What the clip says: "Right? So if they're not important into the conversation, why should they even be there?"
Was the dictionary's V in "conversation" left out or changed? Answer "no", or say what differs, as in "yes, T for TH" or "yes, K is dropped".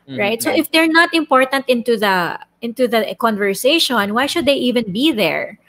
no